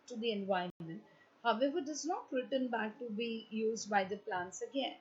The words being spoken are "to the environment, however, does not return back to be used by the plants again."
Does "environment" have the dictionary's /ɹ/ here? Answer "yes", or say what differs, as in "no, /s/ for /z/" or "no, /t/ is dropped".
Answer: no, /ɹ/ is dropped